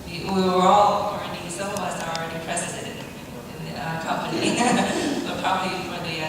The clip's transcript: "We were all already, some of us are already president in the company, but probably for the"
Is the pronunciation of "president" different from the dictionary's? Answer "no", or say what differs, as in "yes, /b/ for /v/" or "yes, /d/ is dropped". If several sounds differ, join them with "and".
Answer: yes, /n/ is dropped